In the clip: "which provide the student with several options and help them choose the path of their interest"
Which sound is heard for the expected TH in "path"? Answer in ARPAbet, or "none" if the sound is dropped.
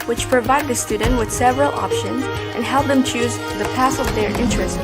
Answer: S